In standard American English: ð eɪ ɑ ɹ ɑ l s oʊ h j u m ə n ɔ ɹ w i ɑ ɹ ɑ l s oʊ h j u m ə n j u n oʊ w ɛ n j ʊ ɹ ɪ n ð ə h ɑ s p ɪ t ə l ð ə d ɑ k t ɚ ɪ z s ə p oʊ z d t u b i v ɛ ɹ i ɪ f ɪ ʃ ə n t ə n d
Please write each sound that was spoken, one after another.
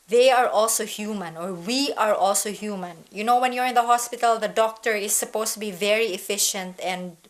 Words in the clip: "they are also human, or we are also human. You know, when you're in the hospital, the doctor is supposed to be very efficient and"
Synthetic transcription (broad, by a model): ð eɪ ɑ ɹ ɑ l s oʊ h j u m ə n ɔ ɹ w i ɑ ɹ ɑ l s oʊ h j u m ə n j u n oʊ w ɛ n j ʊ ɹ ɪ n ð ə h ɑ s p ɪ t ə l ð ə d ɑ k t ɚ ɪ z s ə p oʊ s t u b i v ɛ ɹ i ɪ f ɪ ʃ ə n t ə n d